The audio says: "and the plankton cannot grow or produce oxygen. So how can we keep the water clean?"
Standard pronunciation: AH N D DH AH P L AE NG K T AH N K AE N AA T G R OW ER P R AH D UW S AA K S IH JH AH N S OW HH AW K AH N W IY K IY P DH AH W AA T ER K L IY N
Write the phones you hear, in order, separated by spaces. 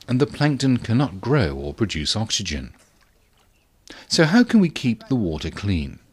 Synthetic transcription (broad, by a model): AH N DH AH P L AE NG K T AH N K AE N AA T G R OW ER P R AH D UW S AA K S IH JH AH N S OW HH AW K AH N W IY K IY P DH AH W AA T ER K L IY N